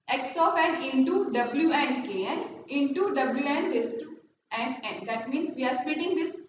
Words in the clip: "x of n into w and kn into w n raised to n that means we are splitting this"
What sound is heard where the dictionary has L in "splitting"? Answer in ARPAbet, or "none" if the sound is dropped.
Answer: none